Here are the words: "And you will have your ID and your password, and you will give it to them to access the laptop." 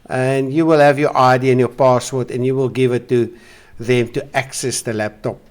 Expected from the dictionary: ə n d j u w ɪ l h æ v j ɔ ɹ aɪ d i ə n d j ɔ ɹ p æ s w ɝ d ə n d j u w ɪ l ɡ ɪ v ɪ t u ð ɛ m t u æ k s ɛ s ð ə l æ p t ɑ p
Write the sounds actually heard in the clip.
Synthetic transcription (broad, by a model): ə n d j u w ɪ l h æ v j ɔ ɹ aɪ d i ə n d j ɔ p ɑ s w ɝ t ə n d j u w ɪ l ɡ ɪ v ɪ t u ð ɛ m t u æ k s ɛ s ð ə l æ p t ɑ p